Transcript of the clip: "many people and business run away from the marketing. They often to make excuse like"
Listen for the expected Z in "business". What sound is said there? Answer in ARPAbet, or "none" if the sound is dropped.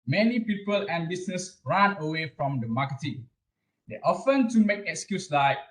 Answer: S